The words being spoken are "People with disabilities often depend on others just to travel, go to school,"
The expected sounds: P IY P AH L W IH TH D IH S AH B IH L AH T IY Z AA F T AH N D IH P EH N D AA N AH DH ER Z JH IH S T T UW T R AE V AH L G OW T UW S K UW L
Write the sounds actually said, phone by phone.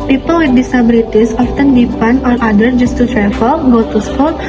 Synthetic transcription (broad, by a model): P IY P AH L W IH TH D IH S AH B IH L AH T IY S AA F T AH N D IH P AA N AA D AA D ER JH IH S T T UW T R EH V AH L G OW T UW S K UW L